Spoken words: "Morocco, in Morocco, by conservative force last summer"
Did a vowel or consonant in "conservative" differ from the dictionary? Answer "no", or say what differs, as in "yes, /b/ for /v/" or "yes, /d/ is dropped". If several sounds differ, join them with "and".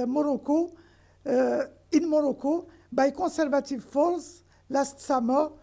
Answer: yes, /n/ is dropped